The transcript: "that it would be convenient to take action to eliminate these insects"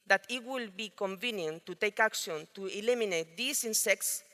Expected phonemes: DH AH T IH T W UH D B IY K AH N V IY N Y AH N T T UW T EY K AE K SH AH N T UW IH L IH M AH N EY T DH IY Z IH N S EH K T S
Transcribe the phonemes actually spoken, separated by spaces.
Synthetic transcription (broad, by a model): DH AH T IH T W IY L B IY K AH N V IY N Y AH N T T UW T EY K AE K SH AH N T UW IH L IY M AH N EY T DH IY S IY N S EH K T S